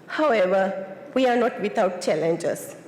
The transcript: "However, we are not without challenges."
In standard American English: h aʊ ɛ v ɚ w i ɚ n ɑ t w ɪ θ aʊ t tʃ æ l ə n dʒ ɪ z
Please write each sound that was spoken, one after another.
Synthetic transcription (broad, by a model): h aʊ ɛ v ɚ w i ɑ n ɑ t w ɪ t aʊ t tʃ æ l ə n dʒ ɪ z